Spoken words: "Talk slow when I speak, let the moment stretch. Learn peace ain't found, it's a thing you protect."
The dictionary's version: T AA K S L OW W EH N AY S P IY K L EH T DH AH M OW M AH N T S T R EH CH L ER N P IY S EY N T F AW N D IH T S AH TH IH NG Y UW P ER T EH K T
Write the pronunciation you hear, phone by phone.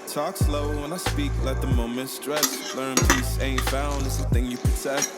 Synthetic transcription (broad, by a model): T AA K S L OW W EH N AY S P IY K L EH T DH AH M OW M AH N T S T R EH S L ER N P IY S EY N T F AW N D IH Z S AH TH IH NG Y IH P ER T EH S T